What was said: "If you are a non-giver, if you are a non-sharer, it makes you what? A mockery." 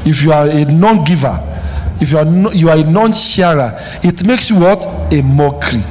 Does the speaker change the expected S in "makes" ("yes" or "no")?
no